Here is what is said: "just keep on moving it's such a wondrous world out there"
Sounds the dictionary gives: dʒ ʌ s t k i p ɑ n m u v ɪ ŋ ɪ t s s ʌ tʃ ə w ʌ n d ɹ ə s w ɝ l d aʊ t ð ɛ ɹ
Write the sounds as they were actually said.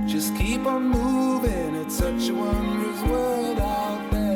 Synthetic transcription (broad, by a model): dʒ ʌ s k i p n m u v ɪ ŋ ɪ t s s ʌ tʃ ə w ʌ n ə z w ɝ d aʊ t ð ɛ